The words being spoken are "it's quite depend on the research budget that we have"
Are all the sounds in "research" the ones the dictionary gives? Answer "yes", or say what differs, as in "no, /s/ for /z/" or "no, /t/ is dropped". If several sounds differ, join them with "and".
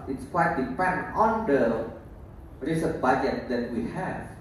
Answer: no, /w/ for /ɹ/ and /s/ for /tʃ/